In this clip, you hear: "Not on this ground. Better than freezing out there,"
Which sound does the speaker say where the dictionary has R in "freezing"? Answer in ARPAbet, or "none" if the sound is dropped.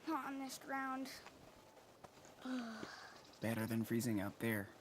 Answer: R